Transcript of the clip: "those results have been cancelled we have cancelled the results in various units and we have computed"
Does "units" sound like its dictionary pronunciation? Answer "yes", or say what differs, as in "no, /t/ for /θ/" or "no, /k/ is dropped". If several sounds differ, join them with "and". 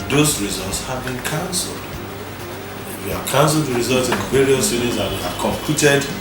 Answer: no, /s/ is dropped